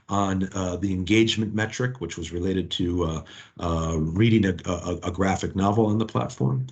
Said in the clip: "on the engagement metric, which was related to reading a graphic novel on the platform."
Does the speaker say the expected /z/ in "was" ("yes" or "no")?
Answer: yes